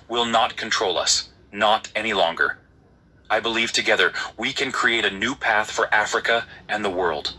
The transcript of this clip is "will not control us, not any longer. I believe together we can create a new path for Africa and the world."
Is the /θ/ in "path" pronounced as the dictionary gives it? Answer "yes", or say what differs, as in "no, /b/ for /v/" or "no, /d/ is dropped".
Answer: yes